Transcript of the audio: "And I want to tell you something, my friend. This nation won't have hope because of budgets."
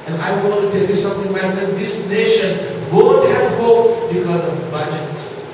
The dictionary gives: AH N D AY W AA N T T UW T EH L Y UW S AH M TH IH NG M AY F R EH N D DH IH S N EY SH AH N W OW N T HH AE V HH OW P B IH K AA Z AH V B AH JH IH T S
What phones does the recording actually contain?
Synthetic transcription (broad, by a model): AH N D AY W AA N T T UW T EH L Y UW S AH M T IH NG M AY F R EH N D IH S N EY SH AH N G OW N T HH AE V HH OW P B IH K AA Z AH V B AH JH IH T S